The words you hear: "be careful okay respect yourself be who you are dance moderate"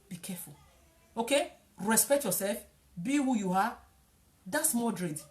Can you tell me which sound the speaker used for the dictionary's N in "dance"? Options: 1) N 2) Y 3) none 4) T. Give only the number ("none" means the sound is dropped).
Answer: 3